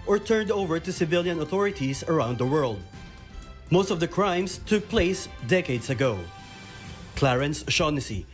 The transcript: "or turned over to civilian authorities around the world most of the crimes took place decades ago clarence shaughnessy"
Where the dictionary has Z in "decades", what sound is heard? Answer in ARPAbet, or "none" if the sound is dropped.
S